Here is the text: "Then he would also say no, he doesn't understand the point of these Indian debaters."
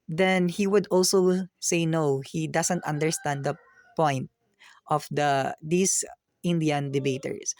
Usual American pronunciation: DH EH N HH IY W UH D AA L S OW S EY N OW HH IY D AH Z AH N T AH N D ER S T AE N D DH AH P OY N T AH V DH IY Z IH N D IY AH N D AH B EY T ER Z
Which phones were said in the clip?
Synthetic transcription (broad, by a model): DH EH N HH IY W UH D AA L S OW S EY N OW HH IY D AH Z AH N T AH N D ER S T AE N D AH P OY N T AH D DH IY S IH N D IY AH N D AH B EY T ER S